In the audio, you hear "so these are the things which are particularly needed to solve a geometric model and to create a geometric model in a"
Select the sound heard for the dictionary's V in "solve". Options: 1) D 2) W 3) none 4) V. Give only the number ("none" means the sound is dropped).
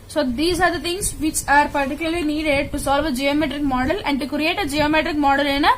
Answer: 4